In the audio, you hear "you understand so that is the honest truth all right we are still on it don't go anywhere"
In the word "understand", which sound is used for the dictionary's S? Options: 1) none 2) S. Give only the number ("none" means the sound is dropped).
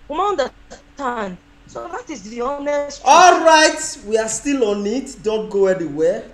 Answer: 1